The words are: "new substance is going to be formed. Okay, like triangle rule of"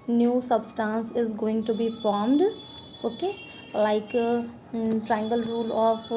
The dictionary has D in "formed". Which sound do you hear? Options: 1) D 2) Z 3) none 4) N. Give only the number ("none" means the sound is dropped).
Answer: 1